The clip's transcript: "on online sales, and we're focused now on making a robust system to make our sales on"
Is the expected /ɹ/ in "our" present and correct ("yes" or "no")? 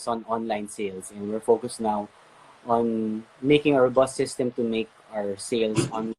yes